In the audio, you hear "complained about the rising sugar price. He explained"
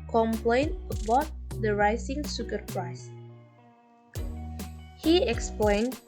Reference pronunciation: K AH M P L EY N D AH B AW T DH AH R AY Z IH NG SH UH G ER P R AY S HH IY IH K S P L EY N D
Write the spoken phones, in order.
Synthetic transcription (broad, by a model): K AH M P L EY N AH B AW T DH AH R AY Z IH NG S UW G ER P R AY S HH IY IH K S P L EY N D